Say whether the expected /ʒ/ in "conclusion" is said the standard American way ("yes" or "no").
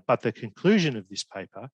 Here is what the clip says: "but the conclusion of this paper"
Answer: yes